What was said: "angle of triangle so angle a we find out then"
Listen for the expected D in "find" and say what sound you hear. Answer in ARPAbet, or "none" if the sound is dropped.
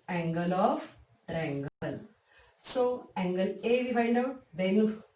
D